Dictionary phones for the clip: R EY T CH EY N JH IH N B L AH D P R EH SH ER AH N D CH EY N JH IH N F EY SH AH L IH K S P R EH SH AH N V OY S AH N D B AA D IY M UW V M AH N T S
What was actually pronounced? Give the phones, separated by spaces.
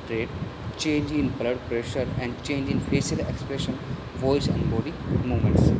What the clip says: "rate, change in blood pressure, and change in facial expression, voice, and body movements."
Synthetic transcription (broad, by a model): R EY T CH EY N JH IH N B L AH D P R EH SH ER AH N D CH EY N JH IH N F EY S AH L IH K S P R EH SH AH N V OY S AH N D B AA D IY M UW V M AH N T S